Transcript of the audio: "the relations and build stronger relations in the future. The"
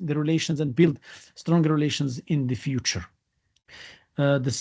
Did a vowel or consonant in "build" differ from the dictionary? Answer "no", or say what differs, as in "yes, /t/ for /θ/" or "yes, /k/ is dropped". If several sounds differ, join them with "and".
no